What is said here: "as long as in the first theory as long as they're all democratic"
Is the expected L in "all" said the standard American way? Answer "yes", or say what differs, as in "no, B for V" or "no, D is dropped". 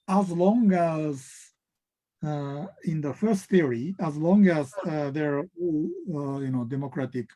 no, N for L